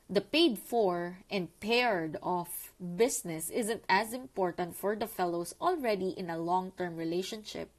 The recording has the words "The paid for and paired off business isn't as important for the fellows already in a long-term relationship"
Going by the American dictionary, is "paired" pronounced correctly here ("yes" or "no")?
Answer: yes